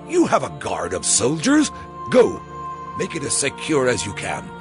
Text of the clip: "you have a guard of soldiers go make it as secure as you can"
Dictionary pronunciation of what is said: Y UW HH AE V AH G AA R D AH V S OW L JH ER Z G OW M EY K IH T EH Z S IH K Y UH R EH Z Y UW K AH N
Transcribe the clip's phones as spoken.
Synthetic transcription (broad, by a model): Y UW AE V AH G AA R D AH V S OW L JH ER Z G OW M EY K IH T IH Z S IH K Y UH R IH Z Y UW K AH N